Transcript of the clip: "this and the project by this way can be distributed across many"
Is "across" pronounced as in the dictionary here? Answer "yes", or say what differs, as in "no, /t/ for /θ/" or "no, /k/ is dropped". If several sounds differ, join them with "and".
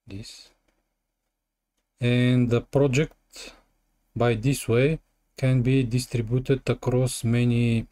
yes